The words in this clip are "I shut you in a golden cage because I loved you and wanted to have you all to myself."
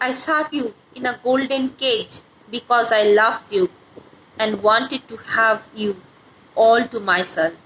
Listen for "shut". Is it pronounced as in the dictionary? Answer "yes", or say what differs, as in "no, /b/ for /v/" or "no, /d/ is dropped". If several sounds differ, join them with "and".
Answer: no, /s/ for /ʃ/